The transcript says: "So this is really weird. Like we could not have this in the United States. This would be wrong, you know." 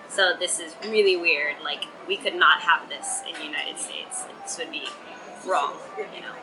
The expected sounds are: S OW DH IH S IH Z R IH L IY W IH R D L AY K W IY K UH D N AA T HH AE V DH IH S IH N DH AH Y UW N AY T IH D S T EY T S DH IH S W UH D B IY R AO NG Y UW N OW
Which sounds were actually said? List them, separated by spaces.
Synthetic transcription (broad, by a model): S OW DH IH S IH Z R IH L IY W IH R D L AY K W IY K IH D N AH T HH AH V DH IH S IH N Y UW N AY T IH D S T EY T S DH IH S W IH D B IY R AO NG Y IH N OW